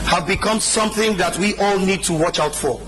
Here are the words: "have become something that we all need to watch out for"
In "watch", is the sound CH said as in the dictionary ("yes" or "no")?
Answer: yes